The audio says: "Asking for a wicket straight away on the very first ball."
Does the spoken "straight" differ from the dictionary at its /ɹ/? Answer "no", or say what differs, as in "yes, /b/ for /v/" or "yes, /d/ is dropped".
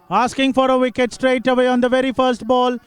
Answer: no